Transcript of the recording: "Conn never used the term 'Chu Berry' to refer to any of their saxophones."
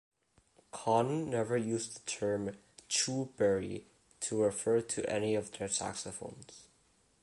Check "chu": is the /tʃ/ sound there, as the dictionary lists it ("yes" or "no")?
yes